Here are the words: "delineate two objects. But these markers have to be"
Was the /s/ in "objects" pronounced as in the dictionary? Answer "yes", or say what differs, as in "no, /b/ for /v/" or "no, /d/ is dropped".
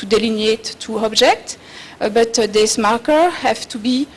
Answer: no, /s/ is dropped